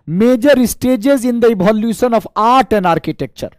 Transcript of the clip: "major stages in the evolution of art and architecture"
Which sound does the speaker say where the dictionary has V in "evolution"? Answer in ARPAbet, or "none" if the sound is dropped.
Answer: B